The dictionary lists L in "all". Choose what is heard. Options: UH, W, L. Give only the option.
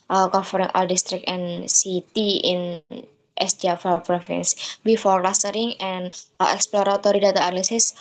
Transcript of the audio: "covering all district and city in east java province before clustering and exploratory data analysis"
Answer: L